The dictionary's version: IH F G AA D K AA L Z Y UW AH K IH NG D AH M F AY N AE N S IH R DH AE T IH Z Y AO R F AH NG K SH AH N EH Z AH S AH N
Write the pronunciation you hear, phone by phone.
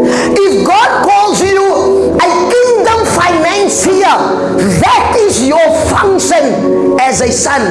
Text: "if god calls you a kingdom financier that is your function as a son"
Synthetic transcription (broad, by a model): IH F G AA D K AA L Z Y UW AH K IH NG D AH M F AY N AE N S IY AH DH AE T IH Z Y AO R F AH NG K SH AH N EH Z AH S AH N